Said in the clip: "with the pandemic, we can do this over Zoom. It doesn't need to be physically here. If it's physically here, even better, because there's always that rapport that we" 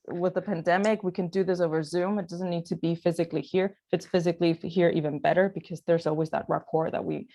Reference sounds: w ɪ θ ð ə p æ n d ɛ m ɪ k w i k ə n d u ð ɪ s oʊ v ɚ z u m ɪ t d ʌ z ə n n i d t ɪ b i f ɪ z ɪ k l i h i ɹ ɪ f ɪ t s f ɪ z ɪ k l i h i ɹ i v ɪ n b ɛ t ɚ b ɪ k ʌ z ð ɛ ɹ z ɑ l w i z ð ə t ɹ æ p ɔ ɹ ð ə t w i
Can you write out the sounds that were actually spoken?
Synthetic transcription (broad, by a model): w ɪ ð ə p æ n d ɛ m ɪ k w i k ə n d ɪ ð ɪ s oʊ v ɚ z u m ɪ t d ʌ z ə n n i d t ɪ b i f ɪ z ɪ k l i h i ɹ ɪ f ɪ t s f ɪ z ɪ k l i h i ɹ i v ɪ n b ɛ t ɚ b ɪ k ʌ z ð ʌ ɹ z ɑ l w i z ð ə t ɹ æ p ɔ ɹ ð ə t w i